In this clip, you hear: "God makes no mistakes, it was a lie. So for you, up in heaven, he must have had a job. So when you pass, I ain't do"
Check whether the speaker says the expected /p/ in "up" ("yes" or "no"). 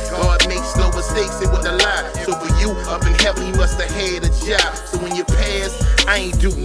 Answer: no